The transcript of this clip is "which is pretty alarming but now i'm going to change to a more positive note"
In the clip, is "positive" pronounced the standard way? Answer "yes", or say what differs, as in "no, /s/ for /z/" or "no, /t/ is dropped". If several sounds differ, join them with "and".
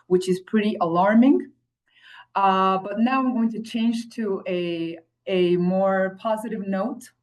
yes